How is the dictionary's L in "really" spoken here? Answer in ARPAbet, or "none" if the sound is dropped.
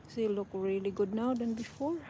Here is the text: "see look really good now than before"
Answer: L